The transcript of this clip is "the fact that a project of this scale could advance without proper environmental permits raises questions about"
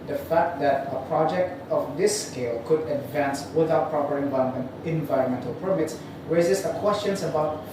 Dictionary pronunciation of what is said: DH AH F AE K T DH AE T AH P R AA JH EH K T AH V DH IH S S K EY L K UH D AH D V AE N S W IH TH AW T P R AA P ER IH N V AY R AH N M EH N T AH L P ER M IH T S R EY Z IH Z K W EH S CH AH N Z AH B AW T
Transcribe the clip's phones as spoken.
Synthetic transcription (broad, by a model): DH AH F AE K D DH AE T AH P R AA JH EH K T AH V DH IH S S K EY L K UH D AH D V AE N S W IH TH AW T P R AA P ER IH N V AY R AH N M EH N T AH L P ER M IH T S R EY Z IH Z K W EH S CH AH N S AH B AW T